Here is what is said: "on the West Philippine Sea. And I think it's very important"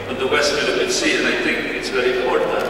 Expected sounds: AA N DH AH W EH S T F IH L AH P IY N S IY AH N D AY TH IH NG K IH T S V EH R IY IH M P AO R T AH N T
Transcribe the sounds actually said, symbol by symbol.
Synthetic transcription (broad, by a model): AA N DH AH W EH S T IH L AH IY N S IY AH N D AY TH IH NG K IH T S V EH R IY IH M P AO R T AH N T